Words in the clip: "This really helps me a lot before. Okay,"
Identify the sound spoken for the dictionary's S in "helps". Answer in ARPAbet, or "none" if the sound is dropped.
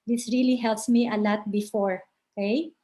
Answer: S